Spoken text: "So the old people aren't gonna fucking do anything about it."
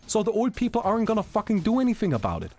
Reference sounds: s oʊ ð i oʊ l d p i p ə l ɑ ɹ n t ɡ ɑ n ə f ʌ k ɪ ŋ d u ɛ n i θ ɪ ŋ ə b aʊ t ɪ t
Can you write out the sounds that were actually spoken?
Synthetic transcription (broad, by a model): s oʊ ð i oʊ l d p i p l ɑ ɹ n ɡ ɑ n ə f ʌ k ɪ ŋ d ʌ ɛ n i θ ɪ ŋ ə b aʊ t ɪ t